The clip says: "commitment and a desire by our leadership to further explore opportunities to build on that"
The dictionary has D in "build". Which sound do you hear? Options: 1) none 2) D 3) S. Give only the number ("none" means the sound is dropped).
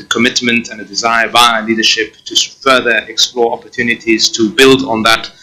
2